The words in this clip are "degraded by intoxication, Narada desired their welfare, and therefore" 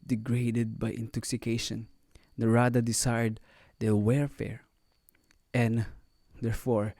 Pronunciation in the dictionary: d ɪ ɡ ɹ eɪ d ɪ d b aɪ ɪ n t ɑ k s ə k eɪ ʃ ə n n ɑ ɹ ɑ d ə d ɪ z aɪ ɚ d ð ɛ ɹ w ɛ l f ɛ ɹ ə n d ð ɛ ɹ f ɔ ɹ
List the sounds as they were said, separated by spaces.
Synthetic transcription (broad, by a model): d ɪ ɡ ɹ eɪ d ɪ d b aɪ ɪ n t ɑ k s ə k eɪ ʃ ə n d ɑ ɹ ɑ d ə d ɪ s aɪ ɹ d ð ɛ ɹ w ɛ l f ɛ ɹ ə n d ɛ ɹ f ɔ ɹ